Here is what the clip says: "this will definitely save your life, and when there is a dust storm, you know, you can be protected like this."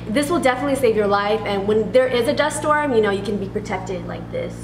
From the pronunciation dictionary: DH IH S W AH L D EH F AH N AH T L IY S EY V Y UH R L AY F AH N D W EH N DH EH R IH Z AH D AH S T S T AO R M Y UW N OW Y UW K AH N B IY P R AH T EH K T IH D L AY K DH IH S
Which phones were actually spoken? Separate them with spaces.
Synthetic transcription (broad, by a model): DH IH S W AH L D EH F AH N AH T L IY S EY V Y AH R L AY F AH N W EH N DH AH R IH Z AH D AH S S T AO R M Y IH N OW Y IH K AH N B IY P R AH T EH K T IH D L AY K DH IH S